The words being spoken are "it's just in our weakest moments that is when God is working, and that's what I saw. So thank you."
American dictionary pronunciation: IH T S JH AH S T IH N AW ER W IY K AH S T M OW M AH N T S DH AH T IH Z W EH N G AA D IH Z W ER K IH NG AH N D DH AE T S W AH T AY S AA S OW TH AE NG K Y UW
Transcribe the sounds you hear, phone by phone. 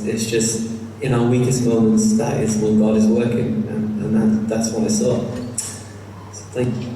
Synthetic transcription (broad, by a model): IH T S JH AH S T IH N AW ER W IY K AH S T M OW M AH N T S DH AH T IH Z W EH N G AA D IH Z W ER K IH NG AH N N DH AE T S W AH T AY S AA S OW TH AE NG K Y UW